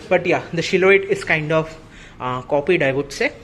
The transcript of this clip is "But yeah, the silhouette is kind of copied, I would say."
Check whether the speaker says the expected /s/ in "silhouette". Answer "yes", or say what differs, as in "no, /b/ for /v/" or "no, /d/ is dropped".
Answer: no, /ʃ/ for /s/